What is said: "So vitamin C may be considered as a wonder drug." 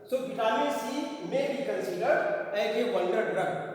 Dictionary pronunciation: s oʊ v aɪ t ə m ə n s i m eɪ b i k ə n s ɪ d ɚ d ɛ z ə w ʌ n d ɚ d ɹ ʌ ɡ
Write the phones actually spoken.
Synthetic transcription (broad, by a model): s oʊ b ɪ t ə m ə s i m eɪ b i k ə n s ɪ d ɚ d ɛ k ə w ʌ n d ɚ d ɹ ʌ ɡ